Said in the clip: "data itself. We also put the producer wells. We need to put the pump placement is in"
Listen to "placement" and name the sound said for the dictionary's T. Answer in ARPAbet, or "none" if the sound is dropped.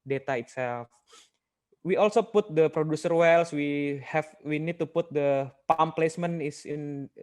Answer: none